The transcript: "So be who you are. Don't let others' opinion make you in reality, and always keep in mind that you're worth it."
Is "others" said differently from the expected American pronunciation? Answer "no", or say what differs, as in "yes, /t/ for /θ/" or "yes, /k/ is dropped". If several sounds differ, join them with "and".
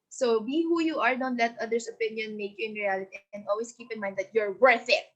yes, /s/ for /z/